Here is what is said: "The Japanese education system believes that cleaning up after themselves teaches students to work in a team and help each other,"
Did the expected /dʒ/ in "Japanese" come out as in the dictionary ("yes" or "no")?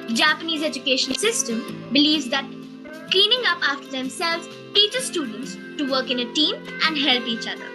yes